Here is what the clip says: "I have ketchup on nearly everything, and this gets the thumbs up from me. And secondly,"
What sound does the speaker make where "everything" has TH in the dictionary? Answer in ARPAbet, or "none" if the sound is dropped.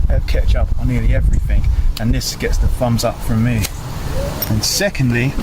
TH